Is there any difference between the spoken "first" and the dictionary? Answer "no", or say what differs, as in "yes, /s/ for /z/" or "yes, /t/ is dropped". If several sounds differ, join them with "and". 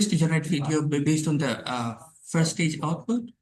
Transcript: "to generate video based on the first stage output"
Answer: yes, /s/ is dropped